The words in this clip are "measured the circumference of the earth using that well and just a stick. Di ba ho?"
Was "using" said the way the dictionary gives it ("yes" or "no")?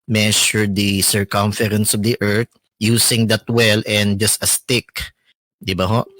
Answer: no